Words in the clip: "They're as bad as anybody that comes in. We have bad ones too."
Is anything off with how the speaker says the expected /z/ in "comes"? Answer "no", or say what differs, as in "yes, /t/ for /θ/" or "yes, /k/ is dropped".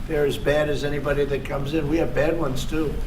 no